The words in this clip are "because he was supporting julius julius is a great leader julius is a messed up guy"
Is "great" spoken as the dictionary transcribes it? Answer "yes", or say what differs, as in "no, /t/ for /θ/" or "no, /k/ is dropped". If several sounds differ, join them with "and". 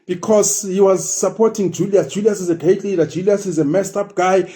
no, /ɹ/ is dropped